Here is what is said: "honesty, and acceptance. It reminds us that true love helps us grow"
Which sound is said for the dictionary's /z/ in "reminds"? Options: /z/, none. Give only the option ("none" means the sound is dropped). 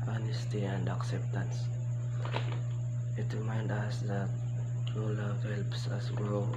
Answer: none